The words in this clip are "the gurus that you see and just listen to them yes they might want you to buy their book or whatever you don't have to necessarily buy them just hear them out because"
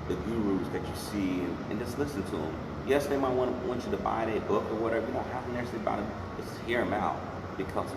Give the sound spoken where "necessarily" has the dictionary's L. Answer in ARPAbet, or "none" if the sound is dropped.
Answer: none